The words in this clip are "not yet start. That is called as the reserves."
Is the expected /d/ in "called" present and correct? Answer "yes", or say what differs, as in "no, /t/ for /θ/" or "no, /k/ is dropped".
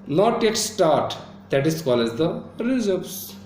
no, /d/ is dropped